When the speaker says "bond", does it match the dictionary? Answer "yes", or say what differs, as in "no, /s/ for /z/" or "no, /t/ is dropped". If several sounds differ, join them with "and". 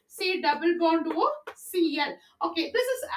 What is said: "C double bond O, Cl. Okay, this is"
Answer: yes